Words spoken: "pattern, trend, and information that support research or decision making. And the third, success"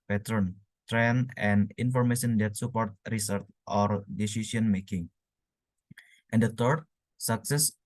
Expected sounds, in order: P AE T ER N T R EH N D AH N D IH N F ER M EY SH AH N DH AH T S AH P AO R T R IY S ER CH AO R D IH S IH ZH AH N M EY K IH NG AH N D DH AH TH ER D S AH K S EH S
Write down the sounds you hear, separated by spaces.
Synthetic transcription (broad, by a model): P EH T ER N T R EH N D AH N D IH N F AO M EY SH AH N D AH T S AH P AO R T R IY S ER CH AO R D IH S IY S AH N M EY K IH NG AH N D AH T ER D S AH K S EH S